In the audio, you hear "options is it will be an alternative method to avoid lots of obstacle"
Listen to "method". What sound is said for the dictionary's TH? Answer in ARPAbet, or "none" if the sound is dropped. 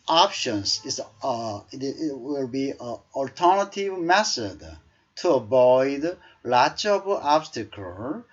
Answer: S